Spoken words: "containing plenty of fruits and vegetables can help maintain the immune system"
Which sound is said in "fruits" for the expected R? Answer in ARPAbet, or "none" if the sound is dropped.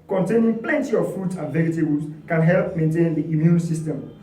none